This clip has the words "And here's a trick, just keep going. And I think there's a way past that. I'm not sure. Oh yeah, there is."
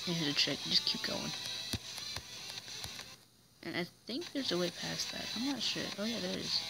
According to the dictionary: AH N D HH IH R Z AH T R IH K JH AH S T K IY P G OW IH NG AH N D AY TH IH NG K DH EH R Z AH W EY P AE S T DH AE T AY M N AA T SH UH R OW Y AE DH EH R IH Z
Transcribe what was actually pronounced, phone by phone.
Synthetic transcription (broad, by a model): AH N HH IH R AH T R IH K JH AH S K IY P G OW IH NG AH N AY TH IH NG K DH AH R Z AH W EY P AE S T DH AE T AY M N AA T SH UH R OW Y AE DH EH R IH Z